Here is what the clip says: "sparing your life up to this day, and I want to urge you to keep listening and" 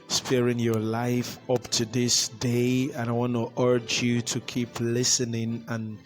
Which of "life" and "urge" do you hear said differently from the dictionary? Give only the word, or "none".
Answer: none